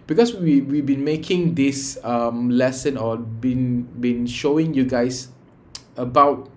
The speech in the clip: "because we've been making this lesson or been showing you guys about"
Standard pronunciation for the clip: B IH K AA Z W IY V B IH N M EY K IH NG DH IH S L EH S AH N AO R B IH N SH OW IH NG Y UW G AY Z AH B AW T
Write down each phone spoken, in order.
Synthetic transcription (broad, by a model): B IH K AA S W IY W B IH N M EY K IH NG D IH S L EH S AH N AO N B IH N SH OW IH NG Y UW G AY S AH B AW T